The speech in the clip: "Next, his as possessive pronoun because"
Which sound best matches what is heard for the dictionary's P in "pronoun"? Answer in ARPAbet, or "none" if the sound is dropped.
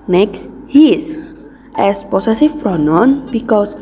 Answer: F